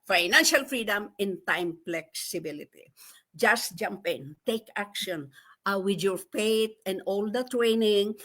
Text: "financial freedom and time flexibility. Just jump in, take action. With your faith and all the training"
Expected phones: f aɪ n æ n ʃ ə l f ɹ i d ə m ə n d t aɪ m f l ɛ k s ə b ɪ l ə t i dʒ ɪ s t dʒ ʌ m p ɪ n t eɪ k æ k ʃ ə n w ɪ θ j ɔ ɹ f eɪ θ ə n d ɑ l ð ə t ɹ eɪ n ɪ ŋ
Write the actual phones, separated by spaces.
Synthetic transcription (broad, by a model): f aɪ n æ n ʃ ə l f ɹ i d ə m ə n t aɪ m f l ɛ k s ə b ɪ l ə t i dʒ ɪ s t dʒ ʌ m p ɪ n t eɪ k æ k ʃ ə n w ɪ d j ɔ ɹ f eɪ t ə n d ɑ l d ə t ɹ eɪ n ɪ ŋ